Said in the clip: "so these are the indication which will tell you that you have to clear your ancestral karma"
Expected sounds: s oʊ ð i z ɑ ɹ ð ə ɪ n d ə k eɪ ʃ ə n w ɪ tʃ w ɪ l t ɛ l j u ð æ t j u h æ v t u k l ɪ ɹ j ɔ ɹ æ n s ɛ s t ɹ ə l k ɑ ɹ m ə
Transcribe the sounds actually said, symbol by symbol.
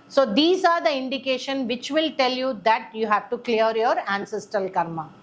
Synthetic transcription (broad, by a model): s oʊ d i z ɑ ɹ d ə ɪ n d ə k eɪ ʃ ə n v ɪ tʃ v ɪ l t ɛ l j u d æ t j u h æ v t u k l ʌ ɹ j ɔ ɹ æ n s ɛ s t ə l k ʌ ɹ m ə